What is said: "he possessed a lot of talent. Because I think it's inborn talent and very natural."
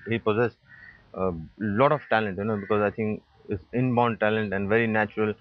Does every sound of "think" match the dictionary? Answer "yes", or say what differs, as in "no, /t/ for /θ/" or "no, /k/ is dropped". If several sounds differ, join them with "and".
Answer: no, /t/ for /θ/